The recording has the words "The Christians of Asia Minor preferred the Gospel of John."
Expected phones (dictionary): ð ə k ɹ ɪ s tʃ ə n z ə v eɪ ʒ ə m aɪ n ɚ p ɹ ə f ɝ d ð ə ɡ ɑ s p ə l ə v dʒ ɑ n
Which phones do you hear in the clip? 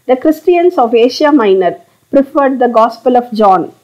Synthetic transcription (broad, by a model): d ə k ɹ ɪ s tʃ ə n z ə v eɪ ʃ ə m aɪ n ɚ p ɹ ə f ɝ d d ə ɡ ɑ s p ə l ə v dʒ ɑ n